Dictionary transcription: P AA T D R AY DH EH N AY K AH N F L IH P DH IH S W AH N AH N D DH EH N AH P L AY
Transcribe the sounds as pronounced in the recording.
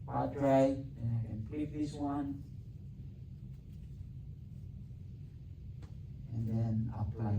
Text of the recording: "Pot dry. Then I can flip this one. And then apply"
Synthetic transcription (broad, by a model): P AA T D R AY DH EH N AY K AH N P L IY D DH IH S W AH N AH N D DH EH N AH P L AY